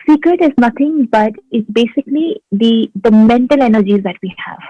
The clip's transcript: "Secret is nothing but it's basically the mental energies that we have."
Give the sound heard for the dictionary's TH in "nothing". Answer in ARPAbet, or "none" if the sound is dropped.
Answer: T